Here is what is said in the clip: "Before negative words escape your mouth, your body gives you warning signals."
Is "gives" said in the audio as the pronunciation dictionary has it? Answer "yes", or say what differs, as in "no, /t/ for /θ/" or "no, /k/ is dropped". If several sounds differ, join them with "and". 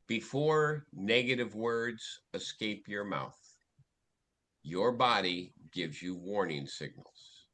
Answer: yes